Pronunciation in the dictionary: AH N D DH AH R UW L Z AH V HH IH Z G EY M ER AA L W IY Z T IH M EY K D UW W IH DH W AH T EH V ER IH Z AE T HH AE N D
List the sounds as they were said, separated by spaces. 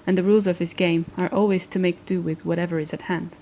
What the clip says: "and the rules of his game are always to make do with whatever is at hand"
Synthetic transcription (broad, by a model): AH N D DH AH R UW L Z AH V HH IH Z G EY M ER AA L W IY Z T IH M EY K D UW W IH DH W AH T EH V ER IH Z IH T HH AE N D